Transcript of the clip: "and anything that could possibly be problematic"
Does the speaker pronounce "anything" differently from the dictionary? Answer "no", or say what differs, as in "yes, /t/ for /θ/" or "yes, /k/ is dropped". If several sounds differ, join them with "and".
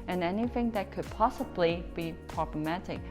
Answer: no